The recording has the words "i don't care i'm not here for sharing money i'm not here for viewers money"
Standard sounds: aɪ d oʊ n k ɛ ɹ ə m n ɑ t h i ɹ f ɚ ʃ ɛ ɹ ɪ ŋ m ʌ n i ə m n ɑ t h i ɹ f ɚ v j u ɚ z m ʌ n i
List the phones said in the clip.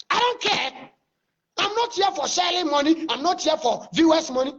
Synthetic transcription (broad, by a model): aɪ d oʊ n k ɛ ə m n ɑ t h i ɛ f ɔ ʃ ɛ l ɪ m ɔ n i ə m n ɑ t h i f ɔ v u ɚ s m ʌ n i